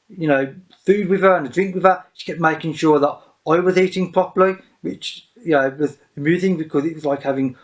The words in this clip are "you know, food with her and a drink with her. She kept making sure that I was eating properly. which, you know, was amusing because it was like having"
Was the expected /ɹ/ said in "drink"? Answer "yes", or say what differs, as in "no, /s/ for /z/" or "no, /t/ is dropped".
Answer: yes